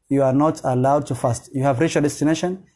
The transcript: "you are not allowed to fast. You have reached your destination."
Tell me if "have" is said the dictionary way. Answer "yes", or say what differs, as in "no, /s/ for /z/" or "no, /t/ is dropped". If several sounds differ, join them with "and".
yes